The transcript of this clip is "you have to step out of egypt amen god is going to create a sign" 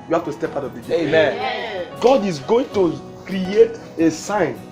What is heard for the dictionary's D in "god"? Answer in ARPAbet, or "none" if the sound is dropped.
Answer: D